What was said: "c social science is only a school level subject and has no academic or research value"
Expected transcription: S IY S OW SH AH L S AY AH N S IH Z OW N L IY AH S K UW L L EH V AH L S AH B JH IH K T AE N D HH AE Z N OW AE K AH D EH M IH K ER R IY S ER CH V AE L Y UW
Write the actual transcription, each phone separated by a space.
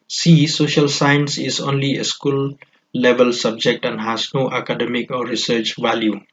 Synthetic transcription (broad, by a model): S IY S OW SH AH L S AY AH N S IH Z OW N L IY AH S K UW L L EH V AH L S AH B JH IH K T AE N D HH AE Z N OW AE K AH D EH M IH K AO R IY S ER CH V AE L Y UW